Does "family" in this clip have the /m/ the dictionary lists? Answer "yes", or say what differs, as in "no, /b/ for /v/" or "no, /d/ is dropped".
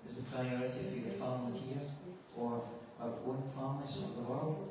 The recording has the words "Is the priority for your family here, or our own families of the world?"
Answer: no, /m/ is dropped